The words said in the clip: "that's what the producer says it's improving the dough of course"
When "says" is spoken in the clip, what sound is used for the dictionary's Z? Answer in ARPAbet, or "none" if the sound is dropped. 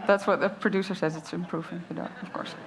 Z